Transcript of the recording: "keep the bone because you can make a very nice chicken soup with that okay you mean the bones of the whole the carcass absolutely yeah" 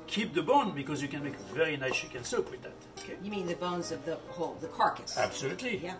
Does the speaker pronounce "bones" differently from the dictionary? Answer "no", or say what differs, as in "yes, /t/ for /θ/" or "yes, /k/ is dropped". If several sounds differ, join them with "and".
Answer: no